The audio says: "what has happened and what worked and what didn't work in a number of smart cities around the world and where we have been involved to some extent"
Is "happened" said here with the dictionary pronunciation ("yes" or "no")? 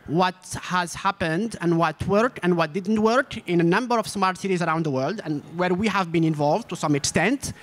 yes